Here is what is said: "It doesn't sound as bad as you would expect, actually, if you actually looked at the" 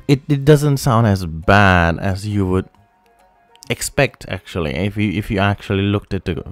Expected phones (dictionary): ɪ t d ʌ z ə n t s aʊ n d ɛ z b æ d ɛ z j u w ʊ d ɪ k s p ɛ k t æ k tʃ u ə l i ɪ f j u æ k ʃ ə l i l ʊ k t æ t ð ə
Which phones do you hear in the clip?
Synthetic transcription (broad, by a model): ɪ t d ʌ z ə n t s aʊ n d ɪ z b æ d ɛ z j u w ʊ d ɪ k s p ɛ k t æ k tʃ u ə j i ɪ f j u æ k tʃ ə l i l ʊ k t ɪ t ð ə